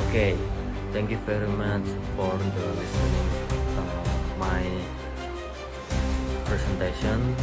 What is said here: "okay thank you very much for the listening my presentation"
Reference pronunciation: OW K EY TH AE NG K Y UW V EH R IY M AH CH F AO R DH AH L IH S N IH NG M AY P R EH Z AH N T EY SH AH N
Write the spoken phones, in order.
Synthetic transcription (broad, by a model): K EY T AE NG K Y UW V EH R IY M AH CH F AO R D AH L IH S IH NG M AY P R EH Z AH N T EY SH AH N